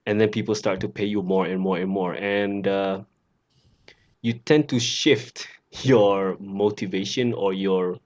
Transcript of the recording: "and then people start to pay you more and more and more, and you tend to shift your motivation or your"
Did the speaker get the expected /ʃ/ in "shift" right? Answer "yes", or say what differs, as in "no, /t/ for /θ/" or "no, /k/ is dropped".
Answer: yes